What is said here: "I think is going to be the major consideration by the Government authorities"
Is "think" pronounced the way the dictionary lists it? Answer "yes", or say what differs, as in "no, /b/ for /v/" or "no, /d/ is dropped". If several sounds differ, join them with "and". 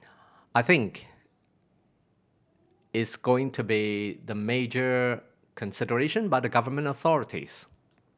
yes